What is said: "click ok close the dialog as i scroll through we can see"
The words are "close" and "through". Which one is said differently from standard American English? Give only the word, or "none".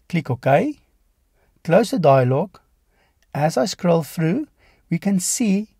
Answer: through